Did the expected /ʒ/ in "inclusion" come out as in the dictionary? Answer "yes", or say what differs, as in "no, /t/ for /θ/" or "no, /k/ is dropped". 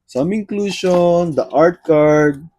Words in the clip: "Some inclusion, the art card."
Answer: no, /ʃ/ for /ʒ/